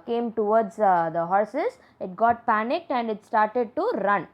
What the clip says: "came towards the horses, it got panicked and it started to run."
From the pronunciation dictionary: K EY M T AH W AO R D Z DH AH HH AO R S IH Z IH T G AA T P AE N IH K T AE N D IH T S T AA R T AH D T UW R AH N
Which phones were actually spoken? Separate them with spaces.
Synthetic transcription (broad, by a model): K EY M T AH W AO R D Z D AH HH AO R S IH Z IH T G AA T P AE N IH K T AE N D IH T S T AA R T AH D T UW R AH N